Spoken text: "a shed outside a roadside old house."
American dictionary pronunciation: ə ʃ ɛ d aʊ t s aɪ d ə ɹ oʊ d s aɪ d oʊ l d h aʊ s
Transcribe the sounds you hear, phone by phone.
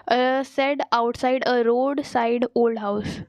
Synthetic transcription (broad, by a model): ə s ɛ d aʊ t s aɪ d ə ɹ oʊ d s aɪ d oʊ l d h aʊ s